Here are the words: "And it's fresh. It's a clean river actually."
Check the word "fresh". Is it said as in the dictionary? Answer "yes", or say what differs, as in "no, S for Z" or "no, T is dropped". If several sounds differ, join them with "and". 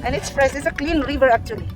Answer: no, S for SH